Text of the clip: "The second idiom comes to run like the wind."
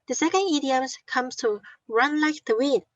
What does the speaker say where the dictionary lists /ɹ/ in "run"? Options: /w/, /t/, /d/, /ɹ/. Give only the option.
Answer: /ɹ/